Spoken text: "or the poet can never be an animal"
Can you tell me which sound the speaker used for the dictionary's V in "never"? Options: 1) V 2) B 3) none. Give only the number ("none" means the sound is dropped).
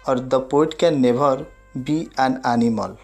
2